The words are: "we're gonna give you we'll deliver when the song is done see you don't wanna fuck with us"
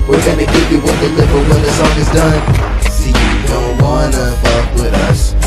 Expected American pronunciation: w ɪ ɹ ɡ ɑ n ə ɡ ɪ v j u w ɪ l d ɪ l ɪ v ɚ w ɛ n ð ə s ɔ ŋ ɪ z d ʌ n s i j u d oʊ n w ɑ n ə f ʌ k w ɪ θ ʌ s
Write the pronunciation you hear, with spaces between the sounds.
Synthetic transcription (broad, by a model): w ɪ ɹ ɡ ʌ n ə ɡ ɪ p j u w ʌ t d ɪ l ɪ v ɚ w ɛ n ð ə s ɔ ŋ ɪ z d ʌ n s i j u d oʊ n w ɑ n ə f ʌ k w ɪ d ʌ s